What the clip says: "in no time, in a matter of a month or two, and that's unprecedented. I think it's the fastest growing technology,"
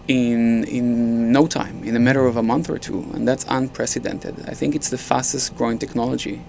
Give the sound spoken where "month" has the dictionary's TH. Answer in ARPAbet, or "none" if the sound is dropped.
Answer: TH